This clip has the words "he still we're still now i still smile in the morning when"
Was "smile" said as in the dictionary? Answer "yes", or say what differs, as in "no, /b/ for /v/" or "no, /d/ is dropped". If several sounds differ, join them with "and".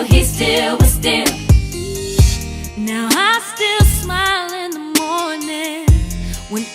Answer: yes